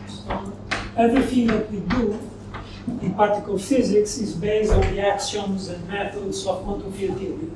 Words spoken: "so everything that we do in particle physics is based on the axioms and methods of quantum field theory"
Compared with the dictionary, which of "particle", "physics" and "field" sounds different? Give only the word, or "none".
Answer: field